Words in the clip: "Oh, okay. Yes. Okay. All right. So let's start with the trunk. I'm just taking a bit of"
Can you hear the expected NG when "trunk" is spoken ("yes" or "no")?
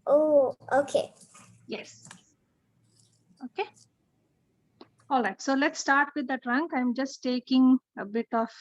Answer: yes